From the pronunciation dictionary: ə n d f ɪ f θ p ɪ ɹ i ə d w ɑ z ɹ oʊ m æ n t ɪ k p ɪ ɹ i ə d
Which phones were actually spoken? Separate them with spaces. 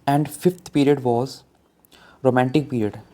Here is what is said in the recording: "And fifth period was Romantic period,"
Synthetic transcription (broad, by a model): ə n d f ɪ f t p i ɹ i ə d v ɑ z ɹ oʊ m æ n t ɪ k p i ɹ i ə d